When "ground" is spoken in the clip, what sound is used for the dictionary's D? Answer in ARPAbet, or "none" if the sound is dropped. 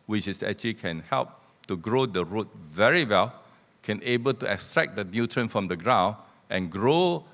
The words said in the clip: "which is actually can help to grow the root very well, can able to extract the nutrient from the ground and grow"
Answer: none